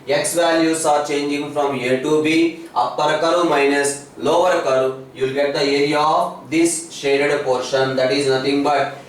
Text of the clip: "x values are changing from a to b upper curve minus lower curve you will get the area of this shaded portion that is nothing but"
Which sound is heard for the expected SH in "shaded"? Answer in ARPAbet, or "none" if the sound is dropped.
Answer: SH